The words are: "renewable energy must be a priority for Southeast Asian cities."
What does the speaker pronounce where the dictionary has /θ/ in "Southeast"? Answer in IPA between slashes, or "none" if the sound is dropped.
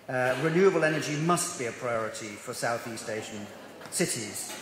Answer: /θ/